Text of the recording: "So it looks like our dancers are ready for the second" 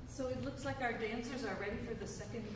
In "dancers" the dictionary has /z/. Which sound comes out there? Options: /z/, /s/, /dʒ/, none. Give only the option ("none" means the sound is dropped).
/z/